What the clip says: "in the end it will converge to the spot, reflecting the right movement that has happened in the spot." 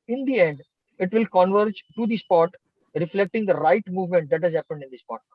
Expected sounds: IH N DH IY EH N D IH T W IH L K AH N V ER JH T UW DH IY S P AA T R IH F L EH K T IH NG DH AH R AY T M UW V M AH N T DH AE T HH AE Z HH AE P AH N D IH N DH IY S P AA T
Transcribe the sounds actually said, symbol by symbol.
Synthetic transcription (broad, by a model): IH N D IY EH N D IH T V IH L K AH N V ER JH T UW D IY S P AA T R IH F L EH K T IH NG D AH R AY T M UW V M AH N T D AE T HH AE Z HH AE P AH N D IH N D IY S P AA T